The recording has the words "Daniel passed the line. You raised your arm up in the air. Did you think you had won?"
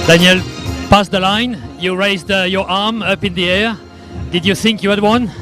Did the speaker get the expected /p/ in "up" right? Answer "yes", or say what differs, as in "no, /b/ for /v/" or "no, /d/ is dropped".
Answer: yes